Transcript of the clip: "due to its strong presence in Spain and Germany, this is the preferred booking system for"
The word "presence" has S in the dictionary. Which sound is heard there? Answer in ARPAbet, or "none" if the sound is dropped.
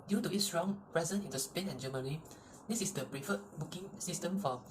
none